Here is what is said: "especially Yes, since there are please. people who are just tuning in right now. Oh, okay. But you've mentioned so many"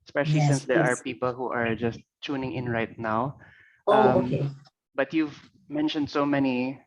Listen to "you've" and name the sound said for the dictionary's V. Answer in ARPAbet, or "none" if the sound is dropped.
V